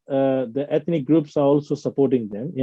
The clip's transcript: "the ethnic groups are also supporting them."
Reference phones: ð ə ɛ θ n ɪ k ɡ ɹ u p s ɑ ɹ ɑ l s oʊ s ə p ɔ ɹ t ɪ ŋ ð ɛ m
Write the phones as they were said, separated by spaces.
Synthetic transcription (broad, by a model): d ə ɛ t n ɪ k ɡ ɹ u p s ɑ ɹ ɑ l s oʊ s ə p ɔ ɹ t ɪ ŋ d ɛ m